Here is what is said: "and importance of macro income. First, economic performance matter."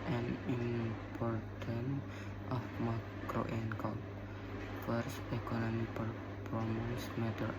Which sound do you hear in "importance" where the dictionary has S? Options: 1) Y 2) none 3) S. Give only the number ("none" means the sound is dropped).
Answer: 2